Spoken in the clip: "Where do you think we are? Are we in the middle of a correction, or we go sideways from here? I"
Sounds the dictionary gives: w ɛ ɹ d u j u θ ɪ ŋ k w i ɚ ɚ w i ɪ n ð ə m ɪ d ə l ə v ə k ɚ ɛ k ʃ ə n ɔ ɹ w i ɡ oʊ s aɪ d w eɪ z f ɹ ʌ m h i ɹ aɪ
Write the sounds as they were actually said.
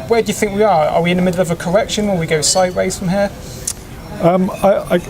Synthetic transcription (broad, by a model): w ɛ d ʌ j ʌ θ ɪ ŋ k w i ɚ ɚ w i ɪ n ð ə m ɪ d l ə v ə k ɚ ɛ k ʃ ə n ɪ l w i ɡ oʊ s aɪ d w eɪ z f ɹ ʌ m h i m aɪ